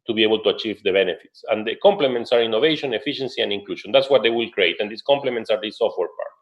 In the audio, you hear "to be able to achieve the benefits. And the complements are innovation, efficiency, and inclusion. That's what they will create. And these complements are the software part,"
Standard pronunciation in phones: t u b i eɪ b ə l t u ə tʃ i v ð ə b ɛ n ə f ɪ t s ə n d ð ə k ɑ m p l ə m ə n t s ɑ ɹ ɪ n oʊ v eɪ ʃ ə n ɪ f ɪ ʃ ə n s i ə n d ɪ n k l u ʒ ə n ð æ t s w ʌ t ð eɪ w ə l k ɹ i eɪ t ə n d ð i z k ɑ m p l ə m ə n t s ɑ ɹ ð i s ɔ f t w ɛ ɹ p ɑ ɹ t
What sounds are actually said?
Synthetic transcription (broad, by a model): t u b i eɪ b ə l t u ə tʃ i v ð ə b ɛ n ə f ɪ t s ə n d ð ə k ɑ m p l ə m ə n t s ɑ ɹ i n oʊ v eɪ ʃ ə n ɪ f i ʃ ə n s i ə n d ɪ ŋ k l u ʃ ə n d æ t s w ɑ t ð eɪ w ə l k ɹ i eɪ t ə n d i s k ɑ m p l ə m ə n t s ɑ ɹ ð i s ɔ f t w ɛ ɹ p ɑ ɹ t